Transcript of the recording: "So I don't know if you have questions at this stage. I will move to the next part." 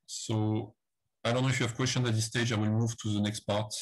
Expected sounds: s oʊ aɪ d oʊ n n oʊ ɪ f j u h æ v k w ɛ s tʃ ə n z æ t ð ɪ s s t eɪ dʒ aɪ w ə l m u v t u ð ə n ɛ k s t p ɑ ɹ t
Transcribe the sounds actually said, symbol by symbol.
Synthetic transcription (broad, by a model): s oʊ aɪ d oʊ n n oʊ ɪ f j u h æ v k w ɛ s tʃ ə n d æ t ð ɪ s s t eɪ dʒ aɪ w ə l m u v t u ð ə n ɛ k s t p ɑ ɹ t